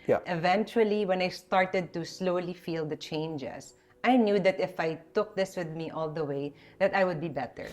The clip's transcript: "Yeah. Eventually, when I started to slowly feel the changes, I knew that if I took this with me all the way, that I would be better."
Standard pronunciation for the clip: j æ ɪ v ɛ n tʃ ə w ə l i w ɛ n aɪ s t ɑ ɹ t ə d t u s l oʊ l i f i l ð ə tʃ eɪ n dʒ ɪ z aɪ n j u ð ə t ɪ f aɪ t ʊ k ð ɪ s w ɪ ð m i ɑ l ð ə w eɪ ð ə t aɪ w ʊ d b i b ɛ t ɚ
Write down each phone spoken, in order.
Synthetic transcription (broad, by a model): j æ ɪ v ɛ n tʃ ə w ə l i w ɛ n aɪ s t ɑ ɹ t ə d t u s l oʊ l i f i l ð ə tʃ eɪ n dʒ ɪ s aɪ n j u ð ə t ɪ f aɪ t ʊ k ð ɪ s w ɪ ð m i ɑ l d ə w eɪ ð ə t aɪ w ʊ d b i b ɛ t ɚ